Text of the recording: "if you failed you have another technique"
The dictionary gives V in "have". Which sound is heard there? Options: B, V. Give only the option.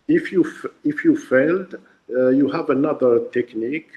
V